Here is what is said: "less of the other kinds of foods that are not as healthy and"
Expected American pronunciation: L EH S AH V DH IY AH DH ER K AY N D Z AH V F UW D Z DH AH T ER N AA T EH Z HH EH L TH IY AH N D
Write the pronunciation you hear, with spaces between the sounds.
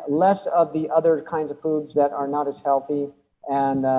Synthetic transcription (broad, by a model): L EH S AH V DH IY AH DH ER K AY N D Z AH V F UW D Z DH AH T ER N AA T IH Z HH EH L TH IY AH N